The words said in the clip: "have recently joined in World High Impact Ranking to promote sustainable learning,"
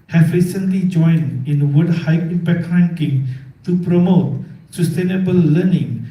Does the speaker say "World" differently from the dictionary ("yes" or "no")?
yes